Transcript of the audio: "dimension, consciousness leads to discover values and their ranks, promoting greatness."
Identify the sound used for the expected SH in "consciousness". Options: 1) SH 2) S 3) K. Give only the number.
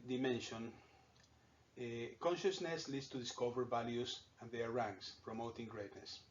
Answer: 1